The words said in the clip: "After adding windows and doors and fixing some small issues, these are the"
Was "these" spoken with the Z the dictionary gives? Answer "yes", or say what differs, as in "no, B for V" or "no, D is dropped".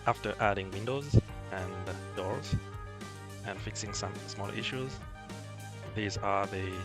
yes